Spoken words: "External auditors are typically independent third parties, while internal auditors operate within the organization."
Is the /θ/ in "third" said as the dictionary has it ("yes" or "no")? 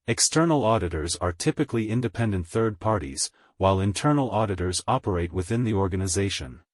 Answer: yes